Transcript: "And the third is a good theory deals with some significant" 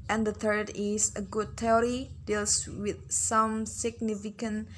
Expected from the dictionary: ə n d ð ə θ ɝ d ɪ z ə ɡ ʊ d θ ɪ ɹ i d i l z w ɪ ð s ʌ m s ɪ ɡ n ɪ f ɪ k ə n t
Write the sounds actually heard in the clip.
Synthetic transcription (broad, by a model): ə n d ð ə θ ɝ d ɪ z ə ɡ ʊ d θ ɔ ɹ i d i l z w ɪ ð s ʌ m s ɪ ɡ n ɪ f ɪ k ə n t